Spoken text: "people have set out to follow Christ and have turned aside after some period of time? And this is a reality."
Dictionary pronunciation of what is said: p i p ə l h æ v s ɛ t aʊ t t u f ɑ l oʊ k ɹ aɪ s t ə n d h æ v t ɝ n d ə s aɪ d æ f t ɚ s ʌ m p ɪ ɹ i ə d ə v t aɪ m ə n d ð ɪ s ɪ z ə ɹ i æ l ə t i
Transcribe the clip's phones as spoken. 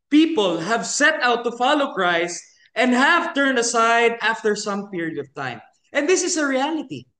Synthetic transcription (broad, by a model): p i p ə l h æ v s ɛ t aʊ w t u f ɑ l oʊ k ɹ aɪ s t ə n d h æ v t ɝ n d ə s aɪ d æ f t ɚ s ʌ m p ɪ ɹ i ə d ə v t aɪ m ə n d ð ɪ s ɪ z ə ɹ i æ l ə t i